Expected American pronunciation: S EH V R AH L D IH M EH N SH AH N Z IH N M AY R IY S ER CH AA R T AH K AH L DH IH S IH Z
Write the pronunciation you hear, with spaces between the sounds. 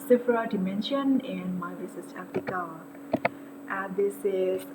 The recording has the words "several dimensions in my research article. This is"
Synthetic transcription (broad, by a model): S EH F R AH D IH M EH N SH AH N IH N M AY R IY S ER S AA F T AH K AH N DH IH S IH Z